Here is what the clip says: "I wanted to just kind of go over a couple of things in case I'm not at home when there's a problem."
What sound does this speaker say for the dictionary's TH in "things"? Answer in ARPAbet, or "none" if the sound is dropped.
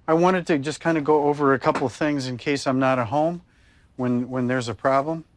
TH